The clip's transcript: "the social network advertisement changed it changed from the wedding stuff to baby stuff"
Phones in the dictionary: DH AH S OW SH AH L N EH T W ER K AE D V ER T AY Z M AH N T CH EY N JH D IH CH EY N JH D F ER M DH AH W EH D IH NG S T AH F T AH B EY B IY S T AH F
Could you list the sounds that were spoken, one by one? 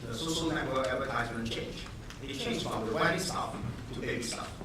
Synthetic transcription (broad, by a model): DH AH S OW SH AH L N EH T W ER AE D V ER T AY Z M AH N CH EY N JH IH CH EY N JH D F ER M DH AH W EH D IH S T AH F T AH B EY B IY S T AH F